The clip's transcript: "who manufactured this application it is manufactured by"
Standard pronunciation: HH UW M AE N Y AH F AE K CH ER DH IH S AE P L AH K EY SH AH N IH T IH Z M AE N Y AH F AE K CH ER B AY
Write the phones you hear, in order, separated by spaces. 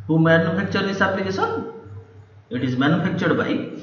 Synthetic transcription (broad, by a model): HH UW M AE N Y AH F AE K CH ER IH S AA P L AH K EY S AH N IH T IH Z M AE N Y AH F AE K CH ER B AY